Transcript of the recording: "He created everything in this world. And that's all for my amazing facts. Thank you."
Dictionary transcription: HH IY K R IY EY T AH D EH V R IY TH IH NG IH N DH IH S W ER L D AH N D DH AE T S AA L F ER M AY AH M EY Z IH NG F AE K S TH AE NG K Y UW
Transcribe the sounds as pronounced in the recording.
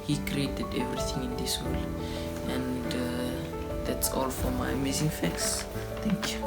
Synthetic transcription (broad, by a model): HH IY K R IY EY T AH D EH V R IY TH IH NG IH N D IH S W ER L AH N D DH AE T S AA L F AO M AY AH M EY Z IH NG F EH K S T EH NG K Y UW